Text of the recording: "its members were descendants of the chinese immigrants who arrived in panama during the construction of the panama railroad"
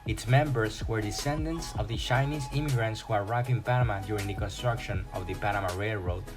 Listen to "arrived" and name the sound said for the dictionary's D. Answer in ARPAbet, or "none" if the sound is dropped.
none